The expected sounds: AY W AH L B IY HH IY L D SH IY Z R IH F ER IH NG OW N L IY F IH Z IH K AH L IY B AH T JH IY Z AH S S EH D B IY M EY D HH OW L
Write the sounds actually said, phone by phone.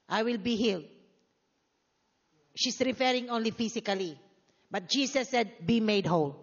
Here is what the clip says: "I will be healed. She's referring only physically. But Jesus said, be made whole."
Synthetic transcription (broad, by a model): AY W AH L B IY HH IY L D SH IY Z R IH F ER IH NG OW N L IY F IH S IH K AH L IY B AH T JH IY S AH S S EH D B IY M EY D HH OW L